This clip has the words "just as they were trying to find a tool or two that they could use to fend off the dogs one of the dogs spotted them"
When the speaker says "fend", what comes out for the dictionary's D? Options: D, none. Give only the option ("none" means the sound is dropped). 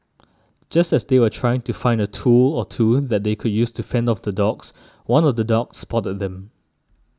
D